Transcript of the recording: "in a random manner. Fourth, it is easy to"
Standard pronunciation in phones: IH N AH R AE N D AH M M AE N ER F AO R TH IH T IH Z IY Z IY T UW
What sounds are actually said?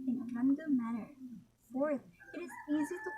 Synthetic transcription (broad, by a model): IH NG AH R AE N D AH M M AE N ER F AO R T IH T IH Z IY Z IY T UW